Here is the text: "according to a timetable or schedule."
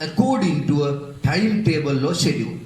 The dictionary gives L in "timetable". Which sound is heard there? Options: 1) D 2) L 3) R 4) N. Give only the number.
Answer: 2